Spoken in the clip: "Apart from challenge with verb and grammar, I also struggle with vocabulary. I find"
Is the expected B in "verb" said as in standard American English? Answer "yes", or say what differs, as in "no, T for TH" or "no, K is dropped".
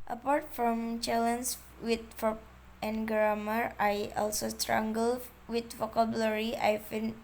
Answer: no, B is dropped